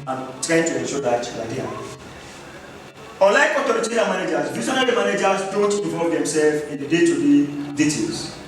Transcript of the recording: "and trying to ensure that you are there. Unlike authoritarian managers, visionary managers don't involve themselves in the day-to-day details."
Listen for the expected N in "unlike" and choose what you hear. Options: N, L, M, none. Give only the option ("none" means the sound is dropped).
none